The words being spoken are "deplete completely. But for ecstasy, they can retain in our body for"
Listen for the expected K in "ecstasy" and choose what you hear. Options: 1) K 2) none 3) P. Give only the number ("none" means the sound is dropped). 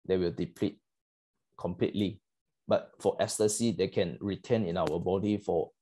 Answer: 2